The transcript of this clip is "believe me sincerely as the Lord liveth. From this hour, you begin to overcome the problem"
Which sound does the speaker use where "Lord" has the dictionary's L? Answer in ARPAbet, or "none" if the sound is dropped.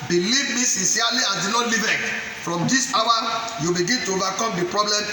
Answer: N